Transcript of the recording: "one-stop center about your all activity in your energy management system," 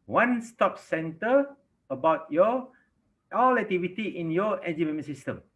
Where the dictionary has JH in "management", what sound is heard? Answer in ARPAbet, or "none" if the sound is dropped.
none